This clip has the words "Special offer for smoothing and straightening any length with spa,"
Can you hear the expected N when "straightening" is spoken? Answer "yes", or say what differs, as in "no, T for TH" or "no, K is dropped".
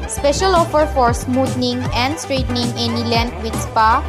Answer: yes